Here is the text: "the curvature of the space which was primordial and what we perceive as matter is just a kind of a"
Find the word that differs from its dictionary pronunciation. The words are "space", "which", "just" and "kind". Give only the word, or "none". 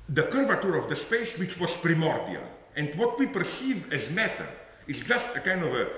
none